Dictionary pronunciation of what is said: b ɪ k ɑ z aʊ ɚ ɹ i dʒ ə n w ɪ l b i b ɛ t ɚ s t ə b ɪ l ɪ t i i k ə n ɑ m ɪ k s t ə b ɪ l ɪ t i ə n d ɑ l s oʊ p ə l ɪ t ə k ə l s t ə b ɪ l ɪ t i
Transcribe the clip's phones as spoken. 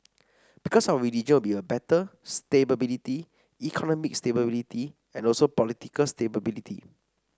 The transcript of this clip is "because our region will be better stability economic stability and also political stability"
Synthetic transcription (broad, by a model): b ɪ k ɑ s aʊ ɚ l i dʒ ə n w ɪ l b i b ɛ t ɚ s t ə b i l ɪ t i i k ə n ɑ m ɪ k s t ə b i l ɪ t i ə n ɑ l s oʊ p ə l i t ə k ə l s t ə b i l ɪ t i